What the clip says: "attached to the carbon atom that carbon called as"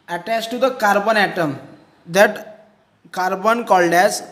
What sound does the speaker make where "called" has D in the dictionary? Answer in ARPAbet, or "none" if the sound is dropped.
D